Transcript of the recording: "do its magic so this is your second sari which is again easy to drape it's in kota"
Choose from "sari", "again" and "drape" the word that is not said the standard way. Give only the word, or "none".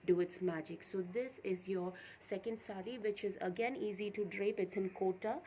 none